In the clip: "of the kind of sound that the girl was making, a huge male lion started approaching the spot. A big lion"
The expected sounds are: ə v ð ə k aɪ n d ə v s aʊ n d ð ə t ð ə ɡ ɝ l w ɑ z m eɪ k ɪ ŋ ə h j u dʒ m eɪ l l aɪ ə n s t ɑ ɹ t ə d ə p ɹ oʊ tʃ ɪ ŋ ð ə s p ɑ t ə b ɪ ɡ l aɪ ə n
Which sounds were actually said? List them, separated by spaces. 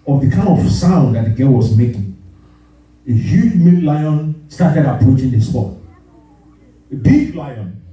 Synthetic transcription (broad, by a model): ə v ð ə k aɪ n d ə v s aʊ n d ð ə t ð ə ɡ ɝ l w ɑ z m eɪ k ɪ ŋ ə h j u dʒ m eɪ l l aɪ ə n s t ɑ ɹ t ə d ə p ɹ oʊ tʃ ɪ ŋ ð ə s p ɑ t b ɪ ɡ l aɪ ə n